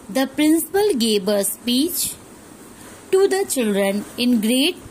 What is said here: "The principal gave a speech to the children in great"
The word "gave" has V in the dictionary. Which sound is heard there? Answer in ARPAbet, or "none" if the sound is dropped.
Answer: B